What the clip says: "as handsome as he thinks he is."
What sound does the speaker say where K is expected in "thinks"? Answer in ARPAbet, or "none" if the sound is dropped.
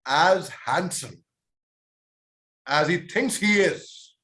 K